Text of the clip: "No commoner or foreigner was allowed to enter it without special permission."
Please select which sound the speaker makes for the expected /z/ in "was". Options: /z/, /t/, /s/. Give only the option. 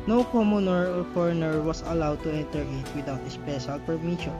/s/